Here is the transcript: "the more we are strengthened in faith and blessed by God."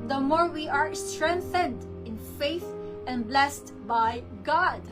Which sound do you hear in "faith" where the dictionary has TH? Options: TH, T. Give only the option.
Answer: TH